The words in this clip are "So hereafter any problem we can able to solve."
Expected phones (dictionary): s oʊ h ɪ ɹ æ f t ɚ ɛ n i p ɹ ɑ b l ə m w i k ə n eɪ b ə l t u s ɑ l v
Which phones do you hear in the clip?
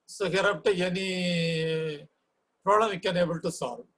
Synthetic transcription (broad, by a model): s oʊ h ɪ ɹ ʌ p t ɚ ɛ n i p ɹ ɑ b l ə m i k ə n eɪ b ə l t u s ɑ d